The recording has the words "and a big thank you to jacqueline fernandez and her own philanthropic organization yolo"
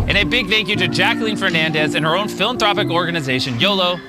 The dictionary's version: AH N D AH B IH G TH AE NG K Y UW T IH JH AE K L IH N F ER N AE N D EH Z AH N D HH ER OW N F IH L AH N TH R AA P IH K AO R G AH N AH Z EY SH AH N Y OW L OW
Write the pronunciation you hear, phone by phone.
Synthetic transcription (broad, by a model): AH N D AH B IH G TH AE NG K Y UW T IH JH AE K L IH N F ER N AE N D EH Z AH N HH ER OW N F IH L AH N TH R AA P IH K AO R G AH N AH Z EY SH AH N Y OW L OW